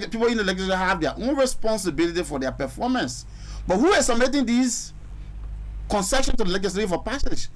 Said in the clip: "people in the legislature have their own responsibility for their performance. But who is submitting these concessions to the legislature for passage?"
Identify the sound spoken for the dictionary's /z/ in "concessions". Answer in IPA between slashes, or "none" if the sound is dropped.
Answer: none